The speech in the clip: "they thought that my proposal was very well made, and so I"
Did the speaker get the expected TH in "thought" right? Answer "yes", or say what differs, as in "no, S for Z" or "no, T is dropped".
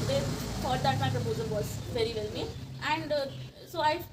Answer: no, F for TH